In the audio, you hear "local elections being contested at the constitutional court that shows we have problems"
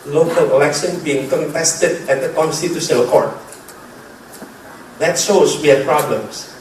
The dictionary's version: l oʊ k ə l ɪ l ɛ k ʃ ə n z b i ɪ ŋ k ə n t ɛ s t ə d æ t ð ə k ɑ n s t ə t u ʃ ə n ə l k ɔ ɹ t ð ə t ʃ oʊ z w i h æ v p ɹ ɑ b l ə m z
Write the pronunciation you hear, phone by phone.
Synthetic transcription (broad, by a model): l oʊ k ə l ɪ l ɛ k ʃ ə n b i ɪ ŋ k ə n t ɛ s t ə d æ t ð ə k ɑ n s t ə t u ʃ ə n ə k ɔ ɹ t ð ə t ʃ oʊ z w i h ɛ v p ɹ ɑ b l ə m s